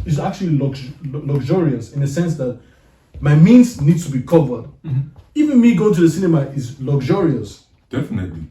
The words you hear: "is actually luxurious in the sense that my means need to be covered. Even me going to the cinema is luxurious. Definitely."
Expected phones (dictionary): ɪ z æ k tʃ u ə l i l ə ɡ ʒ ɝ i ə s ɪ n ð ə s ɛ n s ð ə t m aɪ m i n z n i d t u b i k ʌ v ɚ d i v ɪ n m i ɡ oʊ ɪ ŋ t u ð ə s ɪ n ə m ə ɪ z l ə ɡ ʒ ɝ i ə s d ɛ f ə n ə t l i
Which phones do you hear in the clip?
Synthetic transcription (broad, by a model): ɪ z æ k tʃ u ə l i l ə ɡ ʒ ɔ i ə s ɪ n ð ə s ɛ n s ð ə t m aɪ m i n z n i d t u b i k ʌ v ɚ d i v ɪ n m i ɡ oʊ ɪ t u ð ə s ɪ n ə m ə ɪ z l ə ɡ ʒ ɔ i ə s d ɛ f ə n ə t l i